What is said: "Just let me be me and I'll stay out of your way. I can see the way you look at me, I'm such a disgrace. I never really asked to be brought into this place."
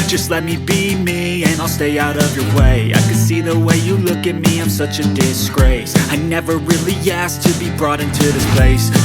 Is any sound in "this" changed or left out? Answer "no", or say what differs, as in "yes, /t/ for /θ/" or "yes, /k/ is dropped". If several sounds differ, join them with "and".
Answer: no